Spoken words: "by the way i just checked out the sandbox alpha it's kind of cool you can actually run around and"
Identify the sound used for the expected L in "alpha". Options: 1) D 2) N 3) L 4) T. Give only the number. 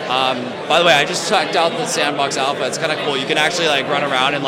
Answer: 3